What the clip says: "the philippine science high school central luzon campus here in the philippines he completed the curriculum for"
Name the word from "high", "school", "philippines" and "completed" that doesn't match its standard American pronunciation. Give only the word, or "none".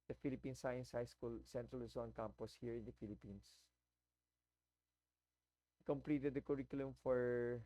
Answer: philippines